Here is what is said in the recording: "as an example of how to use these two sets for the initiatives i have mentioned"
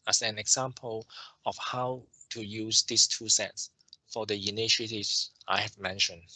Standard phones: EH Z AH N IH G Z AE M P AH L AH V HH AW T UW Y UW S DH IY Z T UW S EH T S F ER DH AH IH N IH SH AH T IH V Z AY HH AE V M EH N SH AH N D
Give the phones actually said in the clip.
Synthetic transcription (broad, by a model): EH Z AH N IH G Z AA M P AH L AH F HH AW T UW Y UW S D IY S T UW S EH T S F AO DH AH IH N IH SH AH T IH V S AY HH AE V M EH N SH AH N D